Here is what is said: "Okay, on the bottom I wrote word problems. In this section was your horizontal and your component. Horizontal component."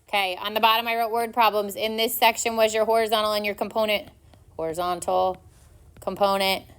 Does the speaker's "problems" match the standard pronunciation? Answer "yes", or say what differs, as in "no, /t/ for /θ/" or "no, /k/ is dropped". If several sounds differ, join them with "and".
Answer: yes